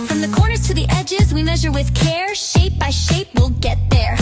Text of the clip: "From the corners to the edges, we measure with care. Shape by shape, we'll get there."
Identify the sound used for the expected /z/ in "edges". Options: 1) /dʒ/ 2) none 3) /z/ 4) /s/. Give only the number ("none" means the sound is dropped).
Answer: 3